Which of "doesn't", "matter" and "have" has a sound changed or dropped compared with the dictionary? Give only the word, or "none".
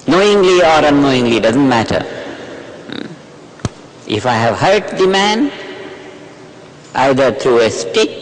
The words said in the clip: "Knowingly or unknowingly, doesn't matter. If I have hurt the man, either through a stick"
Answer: none